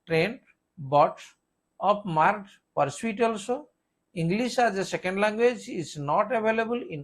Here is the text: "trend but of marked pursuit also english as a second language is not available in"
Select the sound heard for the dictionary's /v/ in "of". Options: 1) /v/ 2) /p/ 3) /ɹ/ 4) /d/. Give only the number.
2